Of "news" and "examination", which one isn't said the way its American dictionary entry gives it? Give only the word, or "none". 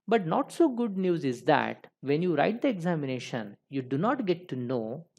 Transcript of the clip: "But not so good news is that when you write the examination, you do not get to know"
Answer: none